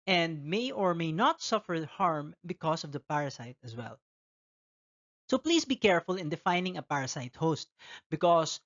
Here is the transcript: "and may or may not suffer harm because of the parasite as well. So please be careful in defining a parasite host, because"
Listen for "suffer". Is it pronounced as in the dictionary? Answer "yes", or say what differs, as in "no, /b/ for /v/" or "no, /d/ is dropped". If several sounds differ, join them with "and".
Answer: yes